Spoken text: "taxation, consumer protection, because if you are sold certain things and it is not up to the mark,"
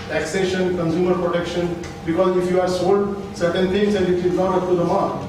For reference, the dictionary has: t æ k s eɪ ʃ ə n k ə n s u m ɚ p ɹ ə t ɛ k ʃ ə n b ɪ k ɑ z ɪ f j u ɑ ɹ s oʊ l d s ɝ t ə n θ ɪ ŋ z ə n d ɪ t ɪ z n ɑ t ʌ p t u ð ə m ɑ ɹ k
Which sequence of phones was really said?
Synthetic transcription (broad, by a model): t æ k s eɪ ʃ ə n k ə n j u m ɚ p ɹ ə t ɛ k ʃ ə n b ɪ k ɑ z ɪ f j u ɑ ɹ s oʊ l d s ɝ t ə n t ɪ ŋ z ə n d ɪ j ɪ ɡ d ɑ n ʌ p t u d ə m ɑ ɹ